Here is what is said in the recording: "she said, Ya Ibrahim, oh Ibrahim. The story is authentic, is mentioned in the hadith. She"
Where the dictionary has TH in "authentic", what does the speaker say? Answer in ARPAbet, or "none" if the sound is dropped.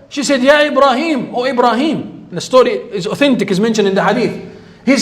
TH